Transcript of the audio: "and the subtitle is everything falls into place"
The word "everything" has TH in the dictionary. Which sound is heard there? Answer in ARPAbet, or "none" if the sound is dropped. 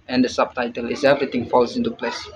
T